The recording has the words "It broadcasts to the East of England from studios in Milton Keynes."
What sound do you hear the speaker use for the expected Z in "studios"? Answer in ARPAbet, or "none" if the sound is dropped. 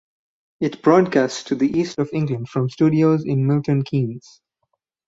Z